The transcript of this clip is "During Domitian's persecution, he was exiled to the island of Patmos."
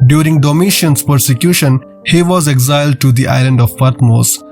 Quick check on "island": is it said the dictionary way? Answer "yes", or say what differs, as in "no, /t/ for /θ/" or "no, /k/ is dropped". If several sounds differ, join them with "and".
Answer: yes